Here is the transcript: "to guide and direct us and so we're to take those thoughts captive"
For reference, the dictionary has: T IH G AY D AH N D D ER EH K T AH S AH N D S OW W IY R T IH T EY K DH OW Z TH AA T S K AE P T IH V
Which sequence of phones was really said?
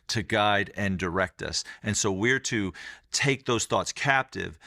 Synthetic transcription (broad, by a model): T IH G AY D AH N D D ER EH K T AH S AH N S OW W IY R T IH T EY K DH OW Z TH AA T S K AE P T IH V